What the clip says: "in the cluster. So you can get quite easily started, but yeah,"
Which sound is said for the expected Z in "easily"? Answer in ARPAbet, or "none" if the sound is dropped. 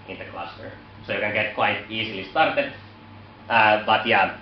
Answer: S